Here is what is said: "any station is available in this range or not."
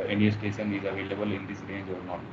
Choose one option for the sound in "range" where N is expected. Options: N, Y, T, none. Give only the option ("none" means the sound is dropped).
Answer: none